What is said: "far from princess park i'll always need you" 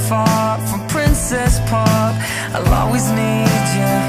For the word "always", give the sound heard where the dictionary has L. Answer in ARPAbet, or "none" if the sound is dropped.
none